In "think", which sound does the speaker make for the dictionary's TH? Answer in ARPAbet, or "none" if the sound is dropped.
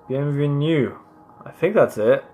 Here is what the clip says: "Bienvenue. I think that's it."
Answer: TH